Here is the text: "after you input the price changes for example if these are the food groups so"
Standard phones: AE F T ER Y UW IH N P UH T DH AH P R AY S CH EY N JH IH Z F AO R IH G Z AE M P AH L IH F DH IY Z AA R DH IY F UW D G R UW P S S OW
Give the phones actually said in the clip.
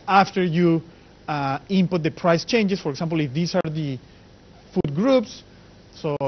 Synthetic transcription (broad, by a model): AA F T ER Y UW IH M P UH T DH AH P R AY S CH EY N JH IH S F AO R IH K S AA M P L IH F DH IY S AA R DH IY F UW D G R UW P S S OW